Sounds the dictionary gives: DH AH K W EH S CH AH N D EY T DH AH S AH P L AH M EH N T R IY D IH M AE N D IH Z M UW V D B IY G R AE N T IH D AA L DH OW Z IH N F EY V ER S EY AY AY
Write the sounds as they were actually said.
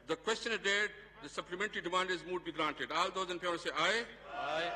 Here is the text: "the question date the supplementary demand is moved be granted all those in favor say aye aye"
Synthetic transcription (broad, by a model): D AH K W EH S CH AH N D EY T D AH S AH P L AH M EH N T R IY D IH M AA N D IH Z M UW D B IY G R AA N T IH D AA L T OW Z IH N P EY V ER S EY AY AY